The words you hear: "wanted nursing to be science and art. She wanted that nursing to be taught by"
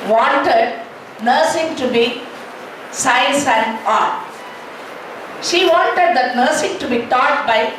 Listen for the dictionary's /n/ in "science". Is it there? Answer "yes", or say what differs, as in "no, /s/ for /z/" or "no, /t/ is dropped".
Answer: no, /n/ is dropped